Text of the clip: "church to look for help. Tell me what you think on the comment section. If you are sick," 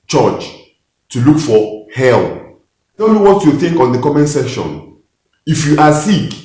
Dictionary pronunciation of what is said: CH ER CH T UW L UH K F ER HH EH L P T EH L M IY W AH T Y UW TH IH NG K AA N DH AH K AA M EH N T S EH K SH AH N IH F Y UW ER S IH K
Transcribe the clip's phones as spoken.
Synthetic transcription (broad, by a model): CH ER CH T UW L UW K F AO HH EH L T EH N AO W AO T Y UW TH IH NG K AA N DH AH K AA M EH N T S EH SH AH N IH F Y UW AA S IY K